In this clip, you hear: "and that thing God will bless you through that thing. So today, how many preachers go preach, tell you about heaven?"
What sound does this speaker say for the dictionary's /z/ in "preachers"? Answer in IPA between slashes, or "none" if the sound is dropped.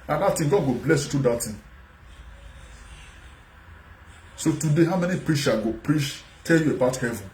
none